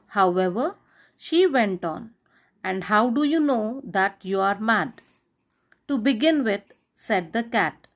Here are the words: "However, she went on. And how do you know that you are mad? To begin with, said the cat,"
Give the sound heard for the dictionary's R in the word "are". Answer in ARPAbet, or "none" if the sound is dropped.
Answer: R